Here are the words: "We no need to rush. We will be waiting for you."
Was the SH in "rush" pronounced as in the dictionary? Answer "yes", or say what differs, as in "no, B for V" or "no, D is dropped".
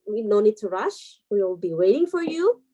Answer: yes